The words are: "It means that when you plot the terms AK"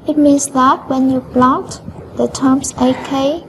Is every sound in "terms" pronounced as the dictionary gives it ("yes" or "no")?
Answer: no